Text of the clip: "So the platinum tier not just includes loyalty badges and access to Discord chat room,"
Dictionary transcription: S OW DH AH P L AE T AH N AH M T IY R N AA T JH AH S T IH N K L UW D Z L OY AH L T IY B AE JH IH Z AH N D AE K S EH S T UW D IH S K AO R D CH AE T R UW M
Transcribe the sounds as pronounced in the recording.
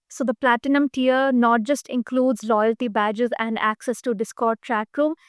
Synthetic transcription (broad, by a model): S OW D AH P L AE T AH N AH M T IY R N AA T JH AH S T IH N K L UW D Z L OY AH L T IY B AE JH IH Z AH N D AE K S EH S T UW D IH S K AO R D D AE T R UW M